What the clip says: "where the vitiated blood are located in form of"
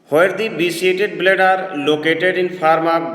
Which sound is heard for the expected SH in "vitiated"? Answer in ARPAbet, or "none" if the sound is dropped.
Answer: S